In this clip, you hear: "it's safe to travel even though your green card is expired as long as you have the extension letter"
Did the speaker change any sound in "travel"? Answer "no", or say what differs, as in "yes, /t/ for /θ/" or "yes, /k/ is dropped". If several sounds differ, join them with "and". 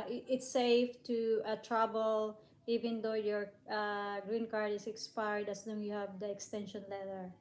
yes, /b/ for /v/